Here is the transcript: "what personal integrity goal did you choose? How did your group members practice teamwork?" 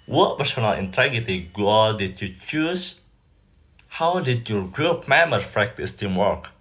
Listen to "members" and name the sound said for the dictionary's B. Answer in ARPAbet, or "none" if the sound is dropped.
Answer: none